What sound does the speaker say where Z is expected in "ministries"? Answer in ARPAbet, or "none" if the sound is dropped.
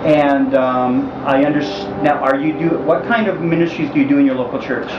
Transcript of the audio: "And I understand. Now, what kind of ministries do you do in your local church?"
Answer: Z